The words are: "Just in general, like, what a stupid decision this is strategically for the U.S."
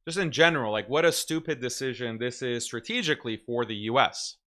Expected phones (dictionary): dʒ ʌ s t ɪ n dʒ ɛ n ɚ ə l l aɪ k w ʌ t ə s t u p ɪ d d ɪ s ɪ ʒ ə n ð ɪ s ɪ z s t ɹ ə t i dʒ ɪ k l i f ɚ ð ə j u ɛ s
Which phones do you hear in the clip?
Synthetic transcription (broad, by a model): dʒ ʌ s t ɪ n dʒ ɛ n ɚ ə l l aɪ k w ʌ t ə s t u p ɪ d d ɪ s ɪ ʒ ə n ð ɪ s ɪ z s t ɹ ə t i dʒ ɪ k l i f ɚ ð ə j u ɛ s